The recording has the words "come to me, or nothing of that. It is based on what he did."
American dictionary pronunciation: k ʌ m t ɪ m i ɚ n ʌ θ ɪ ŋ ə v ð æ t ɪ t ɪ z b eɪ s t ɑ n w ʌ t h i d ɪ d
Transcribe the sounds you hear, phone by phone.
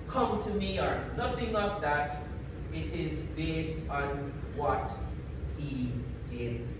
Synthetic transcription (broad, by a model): k ʌ m t ɪ m i ɚ n ʌ θ ɪ ŋ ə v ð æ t ɪ t ɪ z b eɪ s t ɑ n w ʌ t h i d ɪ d